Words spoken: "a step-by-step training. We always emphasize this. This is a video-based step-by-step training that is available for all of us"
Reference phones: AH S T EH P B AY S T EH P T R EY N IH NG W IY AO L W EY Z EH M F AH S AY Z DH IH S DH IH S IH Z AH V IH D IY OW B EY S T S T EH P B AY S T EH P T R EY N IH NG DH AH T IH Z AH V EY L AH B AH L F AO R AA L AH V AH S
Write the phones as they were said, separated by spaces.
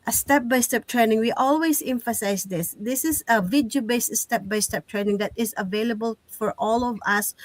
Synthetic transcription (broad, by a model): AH S T EH P B AY S T EH P T R EY N IH NG W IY AO L W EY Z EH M F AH S AY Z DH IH S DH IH S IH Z AH V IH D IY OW B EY S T S T EH P B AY S T EH P T R EY N IH NG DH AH T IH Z AH V EY L AH B AH L F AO R AA L AH V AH S